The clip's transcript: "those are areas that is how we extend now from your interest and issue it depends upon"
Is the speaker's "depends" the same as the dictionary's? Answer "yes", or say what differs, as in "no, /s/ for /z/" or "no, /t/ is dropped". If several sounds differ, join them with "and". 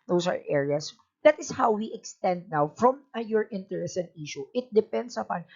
no, /s/ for /z/